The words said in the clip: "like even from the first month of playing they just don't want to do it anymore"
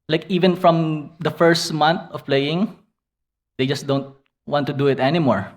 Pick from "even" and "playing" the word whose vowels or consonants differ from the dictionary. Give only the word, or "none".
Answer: none